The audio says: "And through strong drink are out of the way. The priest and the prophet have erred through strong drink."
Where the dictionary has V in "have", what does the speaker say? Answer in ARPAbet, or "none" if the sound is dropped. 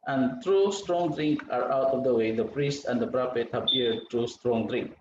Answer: P